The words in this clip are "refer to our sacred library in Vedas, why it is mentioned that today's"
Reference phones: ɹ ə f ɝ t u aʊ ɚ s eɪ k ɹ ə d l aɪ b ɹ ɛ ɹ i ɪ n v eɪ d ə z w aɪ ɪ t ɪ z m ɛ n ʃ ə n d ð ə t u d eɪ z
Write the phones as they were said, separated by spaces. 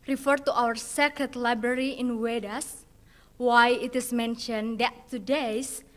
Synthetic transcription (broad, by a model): ɹ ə f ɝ t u aʊ ɚ s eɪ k ə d l aɪ b ɹ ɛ ɹ i ɪ n w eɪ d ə s w aɪ ɪ t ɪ s m ɛ n ʃ ə n d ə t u d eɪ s